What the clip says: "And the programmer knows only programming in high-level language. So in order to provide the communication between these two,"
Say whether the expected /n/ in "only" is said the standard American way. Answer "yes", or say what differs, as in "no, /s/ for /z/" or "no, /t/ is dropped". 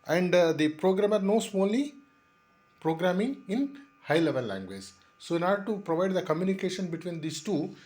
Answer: no, /l/ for /n/